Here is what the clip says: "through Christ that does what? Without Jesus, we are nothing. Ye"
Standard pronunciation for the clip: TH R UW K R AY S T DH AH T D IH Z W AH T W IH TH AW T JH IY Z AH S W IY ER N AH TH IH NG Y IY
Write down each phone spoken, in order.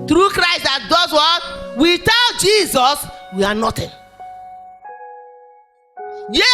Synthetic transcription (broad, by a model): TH R UW K R AY S T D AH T D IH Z W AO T W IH T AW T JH IY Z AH S W IY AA N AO T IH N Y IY